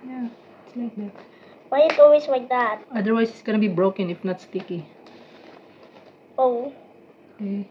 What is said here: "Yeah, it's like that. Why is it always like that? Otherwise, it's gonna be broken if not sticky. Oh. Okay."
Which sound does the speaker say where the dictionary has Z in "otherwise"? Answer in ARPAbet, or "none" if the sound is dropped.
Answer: S